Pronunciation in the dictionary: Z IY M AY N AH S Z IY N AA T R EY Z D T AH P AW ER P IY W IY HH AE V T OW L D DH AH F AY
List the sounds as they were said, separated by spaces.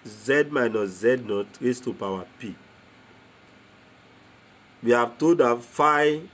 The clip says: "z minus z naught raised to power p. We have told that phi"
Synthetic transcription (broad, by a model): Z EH M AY N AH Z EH N AA T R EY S T AH P AW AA P IY W IY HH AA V T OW D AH F AY